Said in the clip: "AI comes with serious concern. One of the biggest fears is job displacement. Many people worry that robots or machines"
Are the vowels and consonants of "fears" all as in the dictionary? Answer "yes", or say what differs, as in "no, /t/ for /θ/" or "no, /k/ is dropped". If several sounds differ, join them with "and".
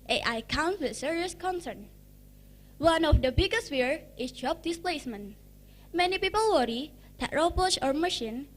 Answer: no, /z/ is dropped